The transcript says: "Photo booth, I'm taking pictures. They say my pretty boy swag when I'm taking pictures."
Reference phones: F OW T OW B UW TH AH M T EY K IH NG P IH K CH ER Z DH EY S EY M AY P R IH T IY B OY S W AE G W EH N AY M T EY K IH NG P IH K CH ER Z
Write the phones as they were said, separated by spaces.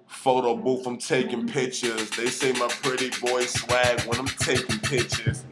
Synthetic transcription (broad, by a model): F OW T OW B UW F AH M T EY K IH NG P IH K CH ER Z DH EY S EY M AY P R IH T IY B OY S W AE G W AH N AY M T EY K IH NG P IH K CH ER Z